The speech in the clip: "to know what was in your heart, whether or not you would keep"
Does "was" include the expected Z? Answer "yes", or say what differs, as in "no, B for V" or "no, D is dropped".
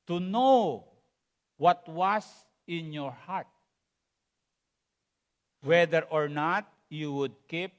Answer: no, S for Z